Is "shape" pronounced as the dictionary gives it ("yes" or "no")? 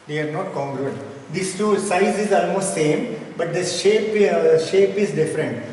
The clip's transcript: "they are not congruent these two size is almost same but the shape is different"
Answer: yes